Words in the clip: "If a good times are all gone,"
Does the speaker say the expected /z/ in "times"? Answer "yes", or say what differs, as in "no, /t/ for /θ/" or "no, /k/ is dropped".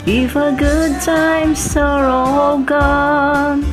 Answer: no, /s/ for /z/